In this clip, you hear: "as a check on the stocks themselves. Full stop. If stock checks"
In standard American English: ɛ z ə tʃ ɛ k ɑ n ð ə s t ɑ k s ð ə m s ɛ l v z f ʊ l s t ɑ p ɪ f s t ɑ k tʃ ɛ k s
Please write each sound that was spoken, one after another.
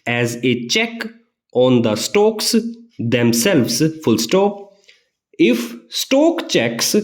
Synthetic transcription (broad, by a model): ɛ z ə tʃ ɛ k ɑ n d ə s t ɑ k s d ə m s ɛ l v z f ʊ l s t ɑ ɪ f s t ɑ k tʃ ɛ k s